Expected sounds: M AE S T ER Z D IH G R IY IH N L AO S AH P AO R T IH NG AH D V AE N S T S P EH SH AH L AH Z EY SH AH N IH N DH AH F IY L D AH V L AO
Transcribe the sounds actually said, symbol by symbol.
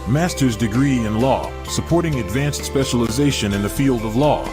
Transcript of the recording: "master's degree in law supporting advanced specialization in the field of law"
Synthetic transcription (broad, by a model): M AE S T ER Z D IH G R IY IH N L AO S AH P AO R T IH NG AH D V AE N S T S P EH SH AH L AH Z EY SH AH N IH N DH AH F IY L D AH V L AO